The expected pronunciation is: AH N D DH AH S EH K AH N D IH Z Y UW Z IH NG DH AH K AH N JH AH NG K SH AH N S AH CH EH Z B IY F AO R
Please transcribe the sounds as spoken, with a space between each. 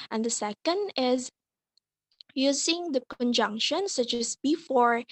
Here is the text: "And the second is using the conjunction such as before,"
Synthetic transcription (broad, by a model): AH N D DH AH S EH K AH N D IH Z Y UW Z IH NG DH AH K AH N JH AH NG K SH AH N S AH CH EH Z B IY F AO R